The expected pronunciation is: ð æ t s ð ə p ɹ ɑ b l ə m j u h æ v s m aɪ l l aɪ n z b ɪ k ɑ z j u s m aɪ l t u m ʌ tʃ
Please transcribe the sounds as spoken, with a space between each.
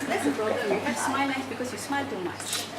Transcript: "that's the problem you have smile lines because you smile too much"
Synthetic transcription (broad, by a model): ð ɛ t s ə p ɹ ɑ b l ə m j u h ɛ s m aɪ l n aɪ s b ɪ k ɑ s j u s m aɪ l t u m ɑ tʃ